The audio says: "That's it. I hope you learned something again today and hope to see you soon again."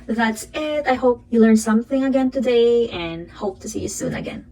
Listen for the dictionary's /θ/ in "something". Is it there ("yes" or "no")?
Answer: yes